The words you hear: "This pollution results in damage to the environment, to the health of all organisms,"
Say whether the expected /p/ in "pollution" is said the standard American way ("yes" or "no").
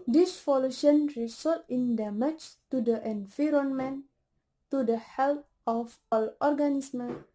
no